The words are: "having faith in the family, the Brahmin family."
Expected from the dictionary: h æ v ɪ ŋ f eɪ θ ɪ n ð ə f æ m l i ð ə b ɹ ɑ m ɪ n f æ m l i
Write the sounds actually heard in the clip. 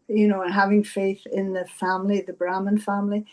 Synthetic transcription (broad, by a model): h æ v ɪ ŋ f eɪ θ ɪ n ð ə f æ m l i ð ə b ɹ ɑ m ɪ n f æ m l i